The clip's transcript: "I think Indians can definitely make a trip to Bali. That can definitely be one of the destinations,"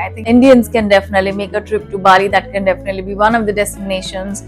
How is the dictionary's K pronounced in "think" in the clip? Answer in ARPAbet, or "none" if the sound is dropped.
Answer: none